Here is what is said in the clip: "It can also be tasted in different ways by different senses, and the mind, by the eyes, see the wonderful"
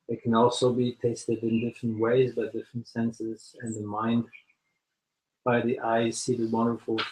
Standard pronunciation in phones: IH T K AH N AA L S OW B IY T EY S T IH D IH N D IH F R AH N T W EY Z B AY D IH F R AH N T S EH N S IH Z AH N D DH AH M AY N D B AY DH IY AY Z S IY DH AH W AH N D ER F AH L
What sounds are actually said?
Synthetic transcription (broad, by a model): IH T K AH N AA L S OW B IY T EY S T IH D IH N D IH F R AH N T W EY Z B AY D IH F R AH N T S EH N S IH Z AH N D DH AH M AY N D B AY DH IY AY Z S IY DH AH W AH N D ER F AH L